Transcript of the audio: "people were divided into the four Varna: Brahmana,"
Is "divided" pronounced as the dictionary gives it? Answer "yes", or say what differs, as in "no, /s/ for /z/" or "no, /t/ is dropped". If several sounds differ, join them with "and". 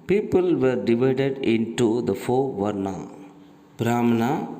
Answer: yes